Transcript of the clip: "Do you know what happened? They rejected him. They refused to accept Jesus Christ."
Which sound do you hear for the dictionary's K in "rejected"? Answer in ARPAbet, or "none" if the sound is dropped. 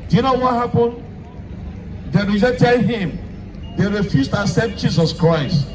none